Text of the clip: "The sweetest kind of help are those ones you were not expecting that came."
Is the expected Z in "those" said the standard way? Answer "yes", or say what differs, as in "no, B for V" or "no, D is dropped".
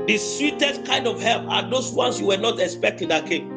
no, S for Z